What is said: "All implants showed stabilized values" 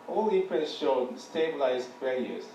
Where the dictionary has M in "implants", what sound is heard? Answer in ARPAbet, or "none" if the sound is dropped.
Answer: none